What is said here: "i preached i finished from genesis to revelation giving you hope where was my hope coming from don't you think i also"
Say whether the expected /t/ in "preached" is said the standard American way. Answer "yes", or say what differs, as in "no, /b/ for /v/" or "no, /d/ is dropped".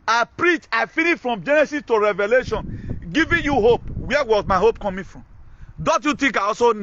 no, /t/ is dropped